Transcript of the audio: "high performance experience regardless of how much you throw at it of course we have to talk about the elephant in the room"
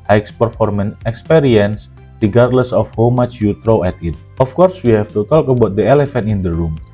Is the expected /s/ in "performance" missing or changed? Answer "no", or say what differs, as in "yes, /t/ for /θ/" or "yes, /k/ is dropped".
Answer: yes, /s/ is dropped